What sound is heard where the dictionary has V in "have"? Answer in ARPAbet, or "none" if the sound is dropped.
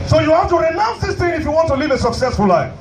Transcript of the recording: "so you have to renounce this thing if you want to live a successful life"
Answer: F